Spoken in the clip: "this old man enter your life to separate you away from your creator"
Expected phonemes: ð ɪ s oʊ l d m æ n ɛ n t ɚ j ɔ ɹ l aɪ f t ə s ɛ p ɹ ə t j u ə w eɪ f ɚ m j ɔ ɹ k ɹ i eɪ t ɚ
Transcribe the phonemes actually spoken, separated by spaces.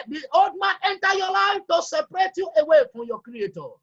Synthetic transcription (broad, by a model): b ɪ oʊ d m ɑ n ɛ n t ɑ j ɔ l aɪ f t ə s ɛ p ɹ ə t j u ə w eɪ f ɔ j ɔ k ɹ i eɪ t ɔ